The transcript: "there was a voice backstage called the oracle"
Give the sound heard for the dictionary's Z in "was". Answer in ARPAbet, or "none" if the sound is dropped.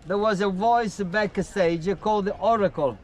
Z